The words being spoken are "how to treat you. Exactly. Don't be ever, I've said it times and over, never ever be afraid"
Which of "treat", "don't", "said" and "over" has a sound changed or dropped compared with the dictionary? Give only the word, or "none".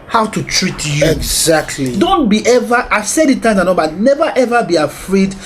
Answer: over